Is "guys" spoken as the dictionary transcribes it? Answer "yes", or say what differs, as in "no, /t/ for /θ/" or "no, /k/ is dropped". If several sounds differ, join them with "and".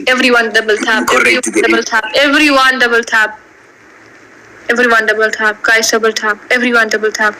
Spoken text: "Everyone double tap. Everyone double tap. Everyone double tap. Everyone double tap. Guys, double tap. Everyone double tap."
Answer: no, /s/ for /z/